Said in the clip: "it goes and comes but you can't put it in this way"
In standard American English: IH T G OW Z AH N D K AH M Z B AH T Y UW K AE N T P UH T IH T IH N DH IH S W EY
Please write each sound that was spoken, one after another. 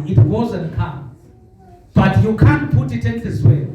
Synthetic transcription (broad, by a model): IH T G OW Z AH N K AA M B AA T Y UW K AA N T P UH T IH T IH N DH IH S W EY